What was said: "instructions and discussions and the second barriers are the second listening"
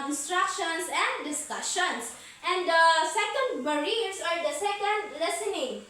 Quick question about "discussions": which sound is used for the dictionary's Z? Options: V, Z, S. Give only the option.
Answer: S